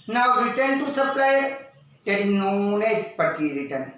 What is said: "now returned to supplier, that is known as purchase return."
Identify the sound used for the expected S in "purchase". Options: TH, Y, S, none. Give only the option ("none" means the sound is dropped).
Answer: none